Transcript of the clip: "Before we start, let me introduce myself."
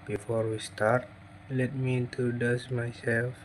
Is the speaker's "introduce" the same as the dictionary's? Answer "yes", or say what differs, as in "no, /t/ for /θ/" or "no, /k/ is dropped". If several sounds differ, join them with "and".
no, /ɹ/ is dropped